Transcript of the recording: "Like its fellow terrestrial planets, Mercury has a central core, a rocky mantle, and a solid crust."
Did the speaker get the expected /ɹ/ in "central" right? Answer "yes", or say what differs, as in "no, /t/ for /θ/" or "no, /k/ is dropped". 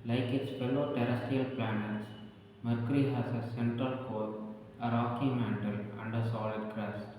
no, /ɹ/ is dropped